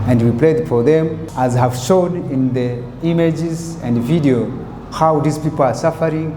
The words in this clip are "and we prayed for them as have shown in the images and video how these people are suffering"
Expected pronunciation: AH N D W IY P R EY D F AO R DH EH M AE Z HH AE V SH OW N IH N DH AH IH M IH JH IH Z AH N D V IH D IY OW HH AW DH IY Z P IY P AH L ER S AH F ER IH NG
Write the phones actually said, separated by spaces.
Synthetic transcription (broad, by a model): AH N D W IY P L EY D F AO R DH EH M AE Z HH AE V SH OW N IH N DH AH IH M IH JH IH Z AH N D V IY D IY OW HH AW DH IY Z P IY P AH L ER S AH F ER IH NG